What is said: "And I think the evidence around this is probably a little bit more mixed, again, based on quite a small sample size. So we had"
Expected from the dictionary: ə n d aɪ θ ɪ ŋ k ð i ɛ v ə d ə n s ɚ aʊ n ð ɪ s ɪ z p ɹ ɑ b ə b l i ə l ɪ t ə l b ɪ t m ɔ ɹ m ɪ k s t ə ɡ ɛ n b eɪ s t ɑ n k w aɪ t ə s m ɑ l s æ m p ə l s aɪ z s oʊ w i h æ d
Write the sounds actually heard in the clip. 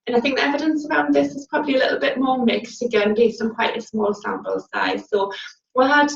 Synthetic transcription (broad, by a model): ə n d aɪ θ ɪ ŋ k ð i ɛ v ə d ə n s ɚ aʊ n ð ɪ s ɪ z p ɹ ɑ b ə b l i ə l ɪ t l b ɪ t m ɔ m ɪ k s t ə ɡ ɛ n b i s ʌ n k w aɪ t ə s m ɑ l s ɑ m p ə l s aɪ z s oʊ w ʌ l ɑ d